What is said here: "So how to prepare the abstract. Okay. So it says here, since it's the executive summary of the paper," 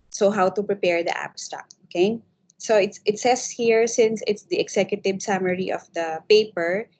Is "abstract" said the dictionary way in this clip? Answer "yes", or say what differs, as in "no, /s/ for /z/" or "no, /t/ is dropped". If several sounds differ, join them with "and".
no, /ɹ/ is dropped